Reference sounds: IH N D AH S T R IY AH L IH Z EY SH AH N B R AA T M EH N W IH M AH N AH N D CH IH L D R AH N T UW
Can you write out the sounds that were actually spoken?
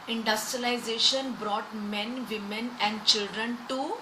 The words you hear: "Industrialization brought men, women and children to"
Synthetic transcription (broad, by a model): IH N D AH S T R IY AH L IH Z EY SH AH N B R AA T M EH N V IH M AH N AH N D CH IH L D R AH N T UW